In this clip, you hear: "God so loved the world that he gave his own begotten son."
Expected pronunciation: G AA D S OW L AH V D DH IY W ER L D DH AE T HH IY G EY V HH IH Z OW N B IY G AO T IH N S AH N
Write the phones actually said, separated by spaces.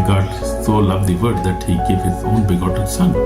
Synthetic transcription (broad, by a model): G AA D S OW L AH V D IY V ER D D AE T HH IY G EY V HH IH Z OW N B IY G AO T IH L S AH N